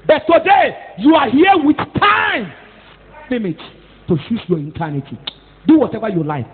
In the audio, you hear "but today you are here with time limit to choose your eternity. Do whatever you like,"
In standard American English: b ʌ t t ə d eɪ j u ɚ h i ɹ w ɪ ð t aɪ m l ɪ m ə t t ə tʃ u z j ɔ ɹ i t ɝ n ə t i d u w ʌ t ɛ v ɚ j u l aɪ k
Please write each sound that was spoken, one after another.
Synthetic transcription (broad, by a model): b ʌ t t ə d eɪ j u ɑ h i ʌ w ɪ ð t aɪ m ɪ m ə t t ə ʃ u s j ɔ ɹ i t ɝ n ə t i d u w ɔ t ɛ v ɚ j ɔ l aɪ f